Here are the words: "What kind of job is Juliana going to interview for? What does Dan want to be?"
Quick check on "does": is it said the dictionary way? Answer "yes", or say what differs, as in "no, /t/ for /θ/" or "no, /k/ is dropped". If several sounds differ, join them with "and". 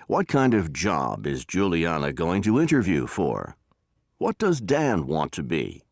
yes